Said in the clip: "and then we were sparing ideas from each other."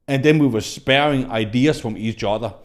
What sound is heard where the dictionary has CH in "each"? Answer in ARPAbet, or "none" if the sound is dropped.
S